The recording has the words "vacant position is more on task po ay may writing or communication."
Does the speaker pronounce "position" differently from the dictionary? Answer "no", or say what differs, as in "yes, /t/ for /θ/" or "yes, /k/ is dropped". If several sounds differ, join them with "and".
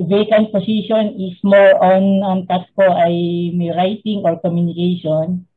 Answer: yes, /s/ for /z/